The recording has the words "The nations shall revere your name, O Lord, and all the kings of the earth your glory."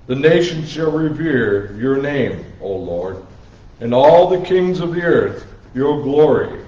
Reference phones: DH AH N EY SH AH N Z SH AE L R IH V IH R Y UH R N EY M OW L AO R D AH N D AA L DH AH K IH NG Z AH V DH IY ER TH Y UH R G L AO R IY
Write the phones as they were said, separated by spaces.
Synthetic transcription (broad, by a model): DH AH N EY SH AH N Z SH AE L R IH V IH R Y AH R N EY M OW L AO R D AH N AA L DH AH K IH NG Z AH V DH IY ER TH Y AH R G L AO R IY